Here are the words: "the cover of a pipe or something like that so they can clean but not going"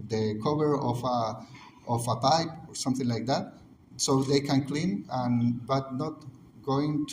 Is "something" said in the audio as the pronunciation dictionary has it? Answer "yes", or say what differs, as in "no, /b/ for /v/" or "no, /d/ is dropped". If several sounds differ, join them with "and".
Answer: yes